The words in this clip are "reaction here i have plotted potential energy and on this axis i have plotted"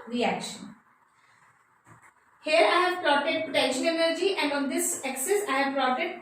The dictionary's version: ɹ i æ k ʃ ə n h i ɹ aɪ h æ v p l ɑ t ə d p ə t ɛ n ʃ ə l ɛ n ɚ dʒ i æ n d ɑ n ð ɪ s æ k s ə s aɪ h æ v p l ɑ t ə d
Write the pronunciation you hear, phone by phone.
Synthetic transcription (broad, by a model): ɹ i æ k ʃ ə n h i ɹ aɪ h æ v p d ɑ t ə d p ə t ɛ ʃ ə n ɛ n ɚ dʒ i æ n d ɑ n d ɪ s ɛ k s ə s aɪ h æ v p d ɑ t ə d